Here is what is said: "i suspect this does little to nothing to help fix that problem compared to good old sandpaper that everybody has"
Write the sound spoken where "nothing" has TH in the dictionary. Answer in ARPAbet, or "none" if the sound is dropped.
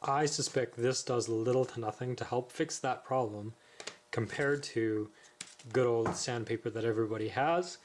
TH